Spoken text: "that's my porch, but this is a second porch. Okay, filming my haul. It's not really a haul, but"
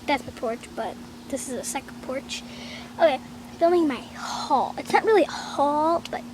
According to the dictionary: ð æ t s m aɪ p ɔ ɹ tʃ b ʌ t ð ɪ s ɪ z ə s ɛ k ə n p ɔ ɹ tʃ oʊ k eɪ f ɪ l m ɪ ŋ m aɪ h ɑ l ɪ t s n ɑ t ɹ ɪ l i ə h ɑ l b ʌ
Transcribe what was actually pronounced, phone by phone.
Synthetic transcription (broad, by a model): ð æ t s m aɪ p ɔ ɹ tʃ b ʌ t ð ɪ s ɪ z ə s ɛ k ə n p ɔ ɹ tʃ oʊ k eɪ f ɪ l ɪ ŋ m aɪ h ɑ l ɪ t s n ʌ t ɹ ɪ l i ə h ɑ l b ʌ